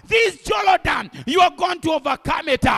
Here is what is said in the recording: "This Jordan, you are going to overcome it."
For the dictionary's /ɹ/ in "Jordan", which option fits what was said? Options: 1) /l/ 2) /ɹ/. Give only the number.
1